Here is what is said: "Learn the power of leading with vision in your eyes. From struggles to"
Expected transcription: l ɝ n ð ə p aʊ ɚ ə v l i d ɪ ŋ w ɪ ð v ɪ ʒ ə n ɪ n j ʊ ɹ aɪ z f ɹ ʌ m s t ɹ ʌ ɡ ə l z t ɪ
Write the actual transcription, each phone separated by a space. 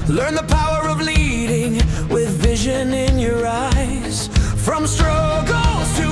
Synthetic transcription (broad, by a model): l ɝ n ð ə p aʊ ɚ ə v l i d ɪ ŋ w ɪ ð v ɪ ʒ ə n ɪ n j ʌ ɹ aɪ z f ɹ ʌ m s t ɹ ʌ ɡ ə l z t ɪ